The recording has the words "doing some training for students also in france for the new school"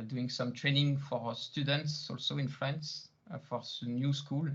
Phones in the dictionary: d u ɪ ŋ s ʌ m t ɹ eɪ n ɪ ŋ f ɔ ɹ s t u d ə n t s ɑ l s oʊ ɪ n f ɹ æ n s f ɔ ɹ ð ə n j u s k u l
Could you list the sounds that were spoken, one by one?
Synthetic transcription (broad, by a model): d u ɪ ŋ s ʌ m t ɹ eɪ n ɪ ŋ f ɔ ɹ s t u d ə n t s ɑ l s oʊ ɪ n f l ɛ n s f ɔ ɹ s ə n j u s k u l